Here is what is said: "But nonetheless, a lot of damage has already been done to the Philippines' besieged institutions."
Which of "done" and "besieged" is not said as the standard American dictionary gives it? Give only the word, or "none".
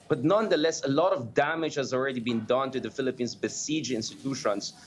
besieged